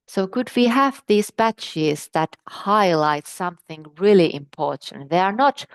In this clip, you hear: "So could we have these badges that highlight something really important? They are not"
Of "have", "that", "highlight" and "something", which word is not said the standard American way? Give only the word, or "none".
none